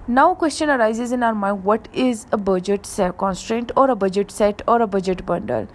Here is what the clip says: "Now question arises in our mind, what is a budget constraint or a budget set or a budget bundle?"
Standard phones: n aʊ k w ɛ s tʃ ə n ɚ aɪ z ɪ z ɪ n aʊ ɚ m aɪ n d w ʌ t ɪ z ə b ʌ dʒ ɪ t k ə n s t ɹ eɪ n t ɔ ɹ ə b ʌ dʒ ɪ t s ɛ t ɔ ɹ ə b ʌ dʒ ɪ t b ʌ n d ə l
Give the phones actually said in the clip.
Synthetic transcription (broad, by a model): n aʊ k w ɛ s tʃ ə n ɚ aɪ z ɪ z ɪ n aʊ ɚ m aɪ n d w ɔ t ɪ z ə b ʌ dʒ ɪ t k ə n s t ɹ eɪ n t ɔ ɹ ə b ʌ dʒ ɪ t s ɛ t ɔ ɹ ə b ʌ dʒ ɪ t b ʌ n d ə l